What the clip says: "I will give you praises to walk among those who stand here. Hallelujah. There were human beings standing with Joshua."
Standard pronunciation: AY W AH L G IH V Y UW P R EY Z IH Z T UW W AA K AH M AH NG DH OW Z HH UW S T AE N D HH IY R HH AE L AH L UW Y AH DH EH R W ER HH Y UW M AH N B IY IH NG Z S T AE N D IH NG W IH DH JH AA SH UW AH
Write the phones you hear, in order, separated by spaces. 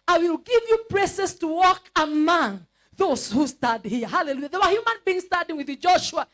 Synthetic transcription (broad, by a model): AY W AH L G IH V Y UW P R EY S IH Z T UW W AA K AH M AH NG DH OW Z HH UW S T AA D HH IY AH HH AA L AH L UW Y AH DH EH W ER HH Y UW M AH N B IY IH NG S T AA D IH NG W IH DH JH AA SH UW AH